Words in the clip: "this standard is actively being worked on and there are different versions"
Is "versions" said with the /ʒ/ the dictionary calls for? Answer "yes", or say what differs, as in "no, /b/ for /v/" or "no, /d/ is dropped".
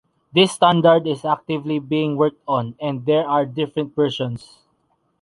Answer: no, /ʃ/ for /ʒ/